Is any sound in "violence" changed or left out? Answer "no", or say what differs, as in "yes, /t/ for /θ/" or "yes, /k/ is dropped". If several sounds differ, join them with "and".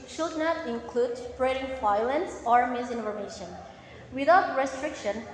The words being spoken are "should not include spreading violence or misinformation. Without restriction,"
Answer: yes, /f/ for /v/